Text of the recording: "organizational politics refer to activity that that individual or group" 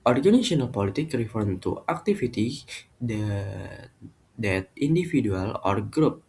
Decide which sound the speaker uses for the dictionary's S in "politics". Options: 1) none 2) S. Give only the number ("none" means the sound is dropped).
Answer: 1